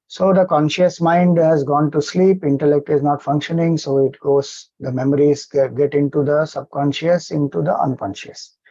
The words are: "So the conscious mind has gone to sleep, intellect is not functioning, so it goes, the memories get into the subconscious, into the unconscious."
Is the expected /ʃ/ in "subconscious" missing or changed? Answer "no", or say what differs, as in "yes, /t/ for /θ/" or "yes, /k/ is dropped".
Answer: no